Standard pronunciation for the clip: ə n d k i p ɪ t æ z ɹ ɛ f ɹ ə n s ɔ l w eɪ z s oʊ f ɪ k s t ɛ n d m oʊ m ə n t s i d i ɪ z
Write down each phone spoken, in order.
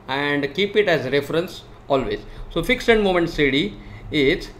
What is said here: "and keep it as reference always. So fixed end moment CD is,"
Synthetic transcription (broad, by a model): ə n d k i p ɪ t æ z ɹ ɛ f ɹ ə n s ɔ l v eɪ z s oʊ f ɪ k s ɛ n d m oʊ m ə n t s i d i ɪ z